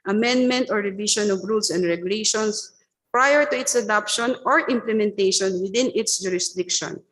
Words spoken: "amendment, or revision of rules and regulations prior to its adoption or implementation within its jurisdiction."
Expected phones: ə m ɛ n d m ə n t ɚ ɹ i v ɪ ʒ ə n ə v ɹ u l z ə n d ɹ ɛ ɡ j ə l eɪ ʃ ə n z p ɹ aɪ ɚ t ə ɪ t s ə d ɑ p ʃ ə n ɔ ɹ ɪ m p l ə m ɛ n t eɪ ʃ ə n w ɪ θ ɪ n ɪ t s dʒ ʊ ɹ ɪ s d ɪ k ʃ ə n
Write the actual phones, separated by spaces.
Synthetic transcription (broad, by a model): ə m ɛ n d m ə n t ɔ ɹ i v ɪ ʃ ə n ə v ɹ u l s ə n d ɹ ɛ ɡ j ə l eɪ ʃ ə n s p ɹ aɪ ɚ t ə ɪ t s ə d ɑ p ʃ ə n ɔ ɹ ɪ m p l ə m ɛ n t eɪ ʃ ə n w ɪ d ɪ n ɪ t s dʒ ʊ ɹ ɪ s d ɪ k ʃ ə n